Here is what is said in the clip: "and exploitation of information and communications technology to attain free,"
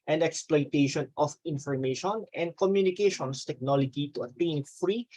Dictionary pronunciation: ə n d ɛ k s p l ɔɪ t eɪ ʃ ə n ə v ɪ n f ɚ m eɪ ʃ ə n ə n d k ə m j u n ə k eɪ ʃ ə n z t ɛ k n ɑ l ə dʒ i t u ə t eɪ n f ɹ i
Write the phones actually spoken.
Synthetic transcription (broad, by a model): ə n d ɛ k s p l ɔɪ t eɪ ʃ ə n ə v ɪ n f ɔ m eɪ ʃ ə n ə n d k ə m j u n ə k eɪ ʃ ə n s t ɛ k n ɑ l ə dʒ i t u ə t eɪ n f ɹ i